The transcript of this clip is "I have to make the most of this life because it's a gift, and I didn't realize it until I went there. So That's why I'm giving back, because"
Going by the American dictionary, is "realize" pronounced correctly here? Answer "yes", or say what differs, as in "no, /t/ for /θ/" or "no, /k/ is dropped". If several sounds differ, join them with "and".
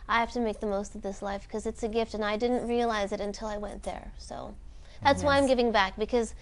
yes